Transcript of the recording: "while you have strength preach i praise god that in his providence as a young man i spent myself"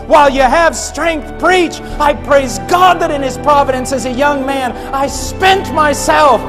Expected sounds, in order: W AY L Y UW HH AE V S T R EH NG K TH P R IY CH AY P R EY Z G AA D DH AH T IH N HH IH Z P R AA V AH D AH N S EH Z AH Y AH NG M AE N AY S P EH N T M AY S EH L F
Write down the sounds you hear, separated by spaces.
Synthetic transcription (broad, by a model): W AY L Y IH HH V S T R EH NG K TH P R IY CH AY P R EY Z G AA D DH AH T IH N IH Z P R AA V AH D AH N S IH Z AH Y AH NG M AE N AY S P EH N T M AY S EH L F